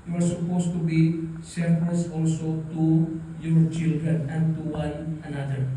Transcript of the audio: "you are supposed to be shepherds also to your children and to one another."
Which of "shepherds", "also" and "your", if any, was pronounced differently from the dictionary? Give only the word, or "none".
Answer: shepherds